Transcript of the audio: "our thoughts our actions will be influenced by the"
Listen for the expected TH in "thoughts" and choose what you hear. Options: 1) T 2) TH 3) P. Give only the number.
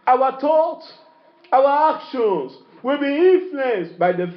1